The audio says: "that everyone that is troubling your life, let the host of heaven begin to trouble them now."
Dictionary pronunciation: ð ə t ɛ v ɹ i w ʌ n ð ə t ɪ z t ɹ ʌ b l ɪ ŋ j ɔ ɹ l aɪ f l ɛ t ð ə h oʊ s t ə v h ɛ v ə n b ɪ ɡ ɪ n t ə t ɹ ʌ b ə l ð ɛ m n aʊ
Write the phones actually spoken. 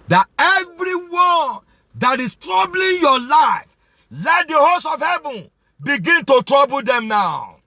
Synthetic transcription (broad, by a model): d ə t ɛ v ɹ i w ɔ n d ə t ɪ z t ɹ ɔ b l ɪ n j ɔ l aɪ f l ɛ t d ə h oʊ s ə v h ɛ v ə n b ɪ ɡ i n t ə t ɹ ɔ b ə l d ɛ m n aʊ